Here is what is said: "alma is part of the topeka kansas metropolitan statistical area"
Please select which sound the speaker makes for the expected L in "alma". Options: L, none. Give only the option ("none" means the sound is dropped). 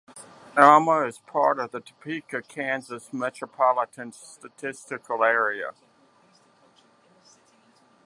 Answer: none